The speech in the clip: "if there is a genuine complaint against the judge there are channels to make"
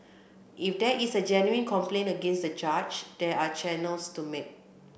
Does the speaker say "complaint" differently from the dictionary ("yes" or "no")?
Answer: yes